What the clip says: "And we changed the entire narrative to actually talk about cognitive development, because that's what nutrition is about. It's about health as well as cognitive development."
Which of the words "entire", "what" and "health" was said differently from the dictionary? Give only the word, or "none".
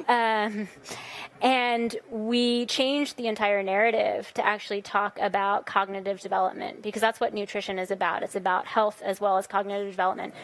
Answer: none